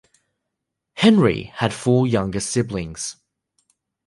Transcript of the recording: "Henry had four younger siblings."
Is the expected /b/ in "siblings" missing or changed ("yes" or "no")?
no